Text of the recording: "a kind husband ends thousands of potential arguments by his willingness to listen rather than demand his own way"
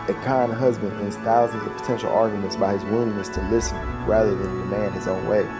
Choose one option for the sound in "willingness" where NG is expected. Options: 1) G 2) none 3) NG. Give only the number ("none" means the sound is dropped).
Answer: 2